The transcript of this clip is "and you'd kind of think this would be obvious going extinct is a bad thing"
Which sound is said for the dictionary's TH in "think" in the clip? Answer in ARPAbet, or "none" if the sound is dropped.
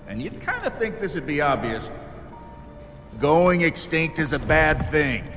TH